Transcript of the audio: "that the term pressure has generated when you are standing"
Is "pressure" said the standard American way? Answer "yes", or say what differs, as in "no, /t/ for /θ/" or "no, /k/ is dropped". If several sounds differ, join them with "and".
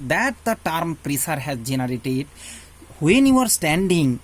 no, /s/ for /ʃ/